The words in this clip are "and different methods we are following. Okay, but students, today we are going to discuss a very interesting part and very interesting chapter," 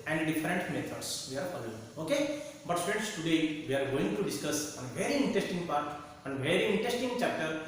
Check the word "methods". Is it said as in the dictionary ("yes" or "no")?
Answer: no